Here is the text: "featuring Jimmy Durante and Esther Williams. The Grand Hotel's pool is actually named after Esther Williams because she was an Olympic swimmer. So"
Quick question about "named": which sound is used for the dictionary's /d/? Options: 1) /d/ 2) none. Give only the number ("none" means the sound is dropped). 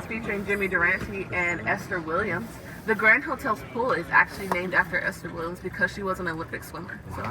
1